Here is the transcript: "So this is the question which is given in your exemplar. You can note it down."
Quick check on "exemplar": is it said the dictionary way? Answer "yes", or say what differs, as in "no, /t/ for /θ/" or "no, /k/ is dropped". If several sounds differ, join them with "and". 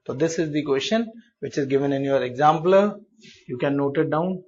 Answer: no, /l/ is dropped and /l/ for /ɹ/